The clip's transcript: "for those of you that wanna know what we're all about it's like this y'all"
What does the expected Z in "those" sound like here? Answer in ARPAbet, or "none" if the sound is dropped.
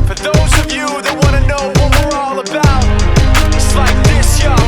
Z